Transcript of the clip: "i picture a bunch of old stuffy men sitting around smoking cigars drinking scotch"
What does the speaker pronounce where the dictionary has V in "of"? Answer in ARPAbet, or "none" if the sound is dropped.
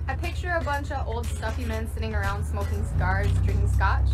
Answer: V